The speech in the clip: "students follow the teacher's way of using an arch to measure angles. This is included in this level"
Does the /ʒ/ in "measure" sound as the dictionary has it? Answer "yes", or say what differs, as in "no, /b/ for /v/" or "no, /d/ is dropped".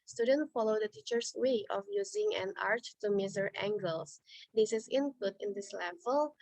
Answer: no, /z/ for /ʒ/